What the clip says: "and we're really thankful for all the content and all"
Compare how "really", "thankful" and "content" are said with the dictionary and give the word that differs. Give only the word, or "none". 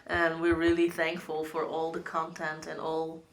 none